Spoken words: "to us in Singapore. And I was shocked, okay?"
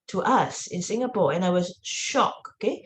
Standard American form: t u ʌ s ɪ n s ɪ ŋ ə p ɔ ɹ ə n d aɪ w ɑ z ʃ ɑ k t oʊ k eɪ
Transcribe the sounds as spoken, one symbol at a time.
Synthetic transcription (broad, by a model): t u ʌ s ɪ n s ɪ ŋ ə p ɔ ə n aɪ w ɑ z ʃ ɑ k oʊ k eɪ